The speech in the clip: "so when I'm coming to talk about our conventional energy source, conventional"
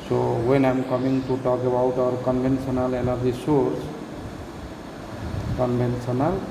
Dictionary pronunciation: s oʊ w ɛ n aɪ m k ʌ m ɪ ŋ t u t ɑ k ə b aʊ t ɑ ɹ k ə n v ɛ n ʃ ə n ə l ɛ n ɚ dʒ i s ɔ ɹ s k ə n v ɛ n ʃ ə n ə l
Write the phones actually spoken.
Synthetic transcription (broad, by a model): s oʊ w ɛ n aɪ m k ʌ m ɪ ŋ t u t ɑ k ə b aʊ t ɑ ɹ k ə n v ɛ n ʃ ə n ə l ɛ n ɚ dʒ i s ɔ ɹ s k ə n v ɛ n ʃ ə n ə l